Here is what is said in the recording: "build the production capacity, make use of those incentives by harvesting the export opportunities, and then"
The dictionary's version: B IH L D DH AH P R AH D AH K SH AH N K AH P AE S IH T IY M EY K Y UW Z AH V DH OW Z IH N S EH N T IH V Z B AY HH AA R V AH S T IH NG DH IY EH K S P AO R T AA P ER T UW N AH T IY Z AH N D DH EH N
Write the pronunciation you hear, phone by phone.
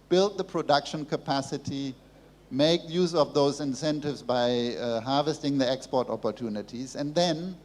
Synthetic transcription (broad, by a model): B IH L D DH AH P R AH D AH K SH AH N K AH P AE S IH T IY M EY K Y UW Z AH V DH OW Z IH N S EH N T IH V Z B AY HH AA R V AH S T IH NG DH IY EH K S P AO R T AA P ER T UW N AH T IY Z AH N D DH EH N